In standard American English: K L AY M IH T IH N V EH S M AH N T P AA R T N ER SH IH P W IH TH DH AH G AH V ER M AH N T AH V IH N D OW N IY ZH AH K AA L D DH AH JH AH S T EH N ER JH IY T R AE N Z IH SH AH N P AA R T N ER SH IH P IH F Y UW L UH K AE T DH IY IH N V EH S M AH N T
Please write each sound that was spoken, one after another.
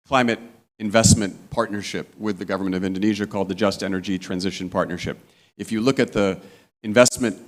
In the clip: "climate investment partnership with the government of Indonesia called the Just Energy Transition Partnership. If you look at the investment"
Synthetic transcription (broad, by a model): K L AY M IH T IH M V EH S M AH N P AA R T N ER SH IH P W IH DH AH G AH V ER M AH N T AH V IH N D OW N IY ZH AH K AA L D DH AH JH AH S T EH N ER JH IY T R AE N Z IH SH AH N P AA R T N ER SH IH P IH F Y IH L UH K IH T DH IY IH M V EH S M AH N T